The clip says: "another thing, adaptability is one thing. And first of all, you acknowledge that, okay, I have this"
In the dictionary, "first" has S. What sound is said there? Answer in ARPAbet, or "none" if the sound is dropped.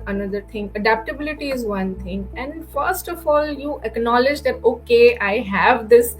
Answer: S